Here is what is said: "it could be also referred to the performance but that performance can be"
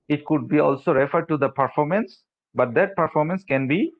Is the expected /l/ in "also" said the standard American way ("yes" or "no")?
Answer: yes